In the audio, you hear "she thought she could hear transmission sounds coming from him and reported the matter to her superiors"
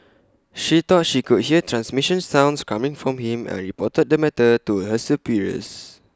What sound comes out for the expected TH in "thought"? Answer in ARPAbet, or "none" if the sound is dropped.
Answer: T